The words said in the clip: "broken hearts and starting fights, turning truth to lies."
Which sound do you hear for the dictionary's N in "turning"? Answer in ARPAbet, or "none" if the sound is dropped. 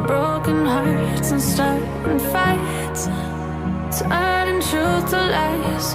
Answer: none